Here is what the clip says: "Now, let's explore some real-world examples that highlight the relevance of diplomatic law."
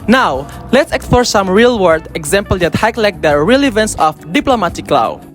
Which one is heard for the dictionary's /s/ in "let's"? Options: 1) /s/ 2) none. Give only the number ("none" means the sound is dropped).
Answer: 1